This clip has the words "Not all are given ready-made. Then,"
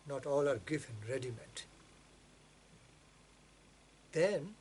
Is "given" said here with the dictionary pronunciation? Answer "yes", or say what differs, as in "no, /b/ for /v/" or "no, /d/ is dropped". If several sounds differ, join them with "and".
no, /f/ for /v/